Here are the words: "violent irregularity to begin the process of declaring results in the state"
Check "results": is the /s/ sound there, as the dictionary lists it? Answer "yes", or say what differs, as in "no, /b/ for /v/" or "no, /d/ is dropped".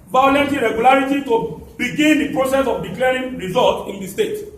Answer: no, /s/ is dropped